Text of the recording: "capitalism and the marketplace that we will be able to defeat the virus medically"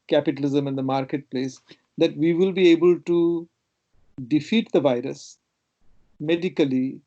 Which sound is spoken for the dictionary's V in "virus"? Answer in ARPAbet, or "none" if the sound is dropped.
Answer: V